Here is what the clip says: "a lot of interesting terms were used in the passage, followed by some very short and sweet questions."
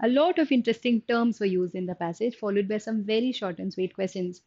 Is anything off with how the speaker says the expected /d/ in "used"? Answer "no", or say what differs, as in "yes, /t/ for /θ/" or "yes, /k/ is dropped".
no